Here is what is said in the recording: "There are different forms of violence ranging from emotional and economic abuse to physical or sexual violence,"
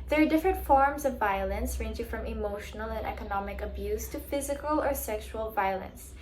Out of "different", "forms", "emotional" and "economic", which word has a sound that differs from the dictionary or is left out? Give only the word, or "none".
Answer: none